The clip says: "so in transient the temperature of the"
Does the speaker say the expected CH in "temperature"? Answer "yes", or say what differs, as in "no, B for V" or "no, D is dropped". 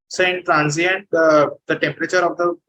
yes